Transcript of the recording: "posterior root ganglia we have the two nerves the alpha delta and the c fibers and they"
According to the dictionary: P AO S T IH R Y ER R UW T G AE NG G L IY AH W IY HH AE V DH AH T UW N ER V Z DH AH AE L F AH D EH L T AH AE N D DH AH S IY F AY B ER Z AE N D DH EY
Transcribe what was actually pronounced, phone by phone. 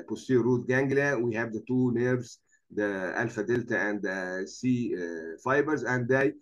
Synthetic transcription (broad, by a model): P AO S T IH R R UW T G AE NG G L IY W IY HH AE V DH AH T UW N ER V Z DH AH AE L F AH D EH L T AH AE N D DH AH S IY F AY B ER Z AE N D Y